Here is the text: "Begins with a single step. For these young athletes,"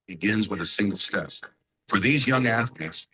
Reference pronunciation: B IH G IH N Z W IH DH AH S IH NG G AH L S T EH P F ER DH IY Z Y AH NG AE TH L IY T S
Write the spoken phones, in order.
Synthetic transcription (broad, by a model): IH G IH N Z W IH DH AH S IH NG G L S T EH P F ER DH IY Z Y AH NG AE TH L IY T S